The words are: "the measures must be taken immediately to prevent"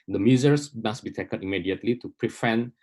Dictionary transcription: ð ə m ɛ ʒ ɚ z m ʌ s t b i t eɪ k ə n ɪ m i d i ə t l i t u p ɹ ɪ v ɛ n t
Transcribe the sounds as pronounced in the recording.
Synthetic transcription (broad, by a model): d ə m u z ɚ s m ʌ s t b i t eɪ k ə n ɪ m i d i ə t l i t u p ɹ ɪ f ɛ n